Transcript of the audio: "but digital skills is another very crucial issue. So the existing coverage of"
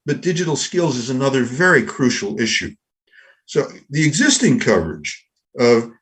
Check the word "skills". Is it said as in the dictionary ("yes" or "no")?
yes